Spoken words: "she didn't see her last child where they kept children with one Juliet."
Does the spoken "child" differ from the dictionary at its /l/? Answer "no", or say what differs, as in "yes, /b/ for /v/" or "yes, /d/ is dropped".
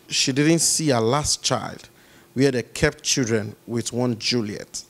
no